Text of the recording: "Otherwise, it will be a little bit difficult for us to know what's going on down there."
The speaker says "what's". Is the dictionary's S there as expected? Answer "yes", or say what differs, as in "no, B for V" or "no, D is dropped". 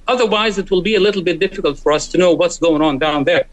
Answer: yes